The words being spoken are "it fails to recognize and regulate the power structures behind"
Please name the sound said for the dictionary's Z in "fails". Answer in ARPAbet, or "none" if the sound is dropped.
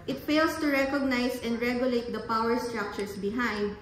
S